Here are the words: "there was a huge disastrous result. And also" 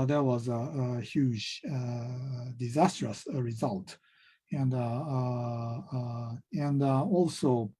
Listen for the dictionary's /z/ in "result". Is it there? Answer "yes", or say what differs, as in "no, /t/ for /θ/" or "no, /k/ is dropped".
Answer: yes